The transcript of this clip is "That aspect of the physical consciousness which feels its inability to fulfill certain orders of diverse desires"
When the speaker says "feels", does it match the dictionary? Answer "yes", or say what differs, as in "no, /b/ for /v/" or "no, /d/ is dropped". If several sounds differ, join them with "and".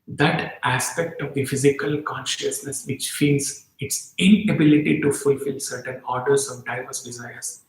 no, /n/ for /l/